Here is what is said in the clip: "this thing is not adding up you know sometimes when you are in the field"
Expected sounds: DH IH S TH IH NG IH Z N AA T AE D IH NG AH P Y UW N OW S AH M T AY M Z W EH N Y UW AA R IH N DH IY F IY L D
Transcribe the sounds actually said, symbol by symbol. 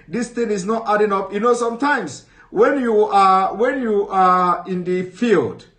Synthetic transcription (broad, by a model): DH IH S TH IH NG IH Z N AA T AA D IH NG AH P Y UW N OW S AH M T AY M S W EH N Y UW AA W IH N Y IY F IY L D